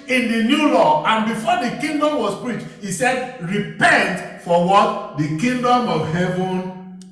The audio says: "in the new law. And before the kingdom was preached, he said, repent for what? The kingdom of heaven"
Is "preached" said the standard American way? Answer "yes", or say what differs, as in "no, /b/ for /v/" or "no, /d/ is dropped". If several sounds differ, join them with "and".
yes